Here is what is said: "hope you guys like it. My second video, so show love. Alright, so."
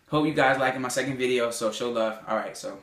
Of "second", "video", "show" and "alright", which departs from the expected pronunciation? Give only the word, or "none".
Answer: none